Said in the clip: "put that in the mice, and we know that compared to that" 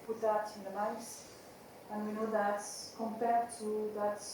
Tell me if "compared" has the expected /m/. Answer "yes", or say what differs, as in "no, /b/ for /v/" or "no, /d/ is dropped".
yes